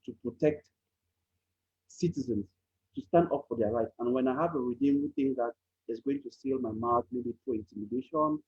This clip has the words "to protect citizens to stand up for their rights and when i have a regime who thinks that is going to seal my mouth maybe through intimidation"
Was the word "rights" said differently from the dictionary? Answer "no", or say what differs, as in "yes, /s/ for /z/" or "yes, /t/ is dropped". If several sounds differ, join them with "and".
yes, /s/ is dropped